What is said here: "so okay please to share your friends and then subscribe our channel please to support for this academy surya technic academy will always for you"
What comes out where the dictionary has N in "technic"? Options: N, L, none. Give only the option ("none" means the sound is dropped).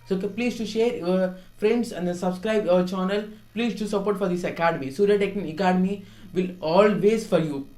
none